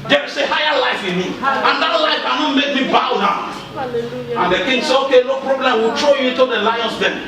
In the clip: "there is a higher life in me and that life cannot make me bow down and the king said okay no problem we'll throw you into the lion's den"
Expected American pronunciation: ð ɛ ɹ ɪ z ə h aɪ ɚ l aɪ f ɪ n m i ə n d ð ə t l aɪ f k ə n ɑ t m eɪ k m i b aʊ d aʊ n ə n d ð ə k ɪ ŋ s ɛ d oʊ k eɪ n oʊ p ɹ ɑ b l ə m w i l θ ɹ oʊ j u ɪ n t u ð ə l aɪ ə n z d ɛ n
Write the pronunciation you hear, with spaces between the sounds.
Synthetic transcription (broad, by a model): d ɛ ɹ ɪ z ə h aɪ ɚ l aɪ f ɪ n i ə n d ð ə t l aɪ f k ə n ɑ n m eɪ k m i b aʊ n aʊ ə n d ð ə k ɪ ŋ s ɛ oʊ k eɪ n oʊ p ɹ ɑ b l ə m w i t ɹ oʊ j u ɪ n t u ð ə l aɪ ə n s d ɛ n